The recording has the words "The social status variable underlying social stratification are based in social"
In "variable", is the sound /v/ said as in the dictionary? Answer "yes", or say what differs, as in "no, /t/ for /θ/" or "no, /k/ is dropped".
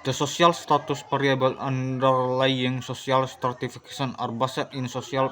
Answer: no, /p/ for /v/